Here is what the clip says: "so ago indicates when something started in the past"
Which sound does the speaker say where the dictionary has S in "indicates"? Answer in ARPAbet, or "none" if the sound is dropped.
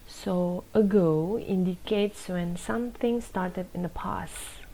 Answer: S